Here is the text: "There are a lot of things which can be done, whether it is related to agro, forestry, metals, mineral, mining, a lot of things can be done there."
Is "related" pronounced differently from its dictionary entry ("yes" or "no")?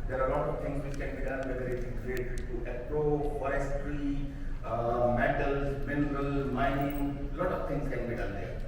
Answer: yes